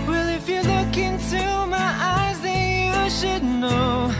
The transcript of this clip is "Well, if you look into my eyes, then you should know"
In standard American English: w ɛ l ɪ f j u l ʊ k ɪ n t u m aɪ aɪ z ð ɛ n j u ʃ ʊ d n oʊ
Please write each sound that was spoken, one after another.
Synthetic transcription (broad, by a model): w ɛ l ɪ f j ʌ l ʊ k ɪ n t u m aɪ aɪ z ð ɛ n j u ʃ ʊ d n oʊ